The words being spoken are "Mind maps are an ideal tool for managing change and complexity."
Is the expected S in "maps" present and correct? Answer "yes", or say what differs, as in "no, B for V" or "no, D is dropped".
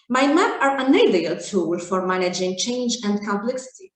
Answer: no, S is dropped